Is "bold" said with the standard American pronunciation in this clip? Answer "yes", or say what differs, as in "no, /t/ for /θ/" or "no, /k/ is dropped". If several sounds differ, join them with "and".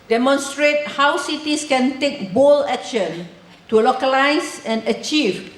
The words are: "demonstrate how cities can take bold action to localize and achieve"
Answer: no, /d/ is dropped